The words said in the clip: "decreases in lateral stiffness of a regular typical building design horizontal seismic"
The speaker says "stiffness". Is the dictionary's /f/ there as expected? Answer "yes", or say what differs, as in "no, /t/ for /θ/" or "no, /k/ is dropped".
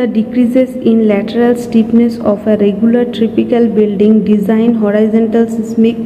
no, /p/ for /f/